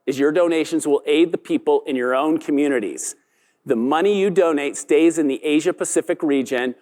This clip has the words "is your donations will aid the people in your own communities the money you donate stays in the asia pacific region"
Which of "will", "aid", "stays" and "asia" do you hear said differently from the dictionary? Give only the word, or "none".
none